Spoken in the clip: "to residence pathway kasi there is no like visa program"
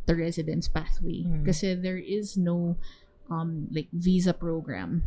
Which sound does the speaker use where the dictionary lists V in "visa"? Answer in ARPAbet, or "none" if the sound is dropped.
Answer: V